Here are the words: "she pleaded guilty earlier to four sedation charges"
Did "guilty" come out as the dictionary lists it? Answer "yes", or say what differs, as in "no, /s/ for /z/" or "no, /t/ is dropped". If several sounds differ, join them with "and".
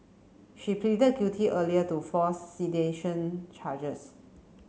no, /l/ is dropped